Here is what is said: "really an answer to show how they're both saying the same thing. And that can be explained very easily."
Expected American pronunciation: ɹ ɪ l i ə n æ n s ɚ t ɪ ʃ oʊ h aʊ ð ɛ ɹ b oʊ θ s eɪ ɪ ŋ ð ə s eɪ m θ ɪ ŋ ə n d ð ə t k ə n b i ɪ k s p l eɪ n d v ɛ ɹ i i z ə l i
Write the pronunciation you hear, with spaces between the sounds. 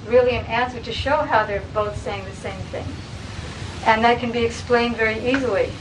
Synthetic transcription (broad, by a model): ɹ ɪ l i ə n æ n s ɚ t ɪ ʃ oʊ h aʊ ð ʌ ɹ b oʊ θ s eɪ ɪ ŋ ð ə s eɪ m θ ɪ ŋ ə n ð ə t k ə n b i ɪ k s p l eɪ n d v ɛ ɹ i i z l i